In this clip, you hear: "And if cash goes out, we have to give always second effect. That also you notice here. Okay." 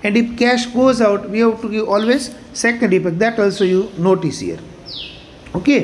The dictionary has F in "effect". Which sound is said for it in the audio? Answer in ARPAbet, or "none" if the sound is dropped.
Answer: P